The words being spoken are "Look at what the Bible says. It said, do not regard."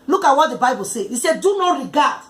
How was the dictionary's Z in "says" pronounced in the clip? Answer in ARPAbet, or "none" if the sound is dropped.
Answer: none